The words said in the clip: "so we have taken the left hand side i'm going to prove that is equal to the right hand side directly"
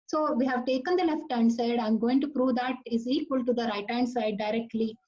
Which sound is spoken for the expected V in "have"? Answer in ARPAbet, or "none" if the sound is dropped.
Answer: V